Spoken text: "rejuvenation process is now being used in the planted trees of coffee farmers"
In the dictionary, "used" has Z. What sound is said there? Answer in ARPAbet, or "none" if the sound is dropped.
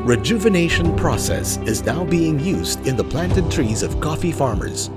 Z